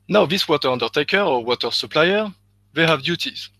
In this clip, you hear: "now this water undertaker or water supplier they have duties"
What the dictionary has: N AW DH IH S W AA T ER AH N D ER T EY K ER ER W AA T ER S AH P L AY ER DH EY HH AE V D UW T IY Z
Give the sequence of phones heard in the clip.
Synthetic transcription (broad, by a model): N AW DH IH S W AA T ER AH N D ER T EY K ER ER W AA T ER S AH P L AY ER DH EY HH AE V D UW T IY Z